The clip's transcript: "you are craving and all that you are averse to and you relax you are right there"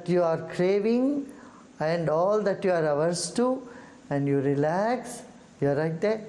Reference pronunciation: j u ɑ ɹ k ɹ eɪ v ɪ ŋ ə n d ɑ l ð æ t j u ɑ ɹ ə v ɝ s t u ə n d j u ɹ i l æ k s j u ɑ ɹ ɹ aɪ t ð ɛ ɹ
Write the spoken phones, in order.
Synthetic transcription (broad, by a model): j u ɑ ɹ k ɹ eɪ v ɪ ŋ ə n d ɑ l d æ t j u ɑ ɹ ə v ɝ s t u ə n d j u ɹ i l æ k s j u ɑ ɹ l aɪ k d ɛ